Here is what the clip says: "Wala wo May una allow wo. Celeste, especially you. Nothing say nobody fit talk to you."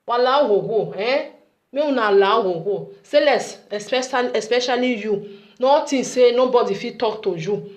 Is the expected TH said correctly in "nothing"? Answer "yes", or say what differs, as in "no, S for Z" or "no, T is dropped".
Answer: no, T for TH